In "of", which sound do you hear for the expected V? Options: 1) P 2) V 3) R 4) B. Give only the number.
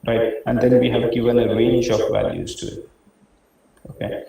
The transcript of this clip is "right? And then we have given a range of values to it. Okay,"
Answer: 1